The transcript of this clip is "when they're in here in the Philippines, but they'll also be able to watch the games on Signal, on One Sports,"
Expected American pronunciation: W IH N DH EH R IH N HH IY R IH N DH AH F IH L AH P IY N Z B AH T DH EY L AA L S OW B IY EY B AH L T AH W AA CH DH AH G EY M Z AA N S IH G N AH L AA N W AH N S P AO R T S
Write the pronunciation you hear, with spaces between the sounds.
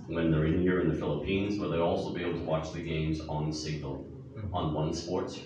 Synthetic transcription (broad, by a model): W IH N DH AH R IH N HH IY R IH N DH AH F IH L AH P IY N Z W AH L DH EY AA L S OW B IY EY B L T AH W AA CH DH AH G EY M Z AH N S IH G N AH L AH N W AH N S P AO R T S